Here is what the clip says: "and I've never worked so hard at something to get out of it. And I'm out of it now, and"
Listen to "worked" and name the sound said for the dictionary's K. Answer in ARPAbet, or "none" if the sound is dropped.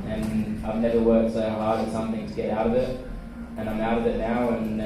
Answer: none